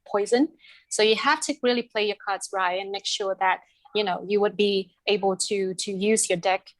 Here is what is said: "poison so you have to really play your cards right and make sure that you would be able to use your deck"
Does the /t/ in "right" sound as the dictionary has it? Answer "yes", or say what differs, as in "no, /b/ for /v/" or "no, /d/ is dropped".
no, /t/ is dropped